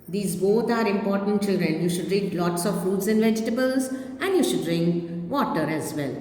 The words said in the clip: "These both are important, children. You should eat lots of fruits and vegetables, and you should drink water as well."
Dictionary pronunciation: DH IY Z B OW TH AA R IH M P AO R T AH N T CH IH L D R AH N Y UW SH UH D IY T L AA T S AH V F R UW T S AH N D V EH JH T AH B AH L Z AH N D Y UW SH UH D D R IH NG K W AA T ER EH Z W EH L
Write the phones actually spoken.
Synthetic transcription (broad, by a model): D IY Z B OW T AA R IH M P AO R T AH N T CH IH L D R AH N Y UW SH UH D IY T L AA T S AH V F UW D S AH N D V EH JH T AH B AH L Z AH N D Y UW SH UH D D R IH NG K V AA T ER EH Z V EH L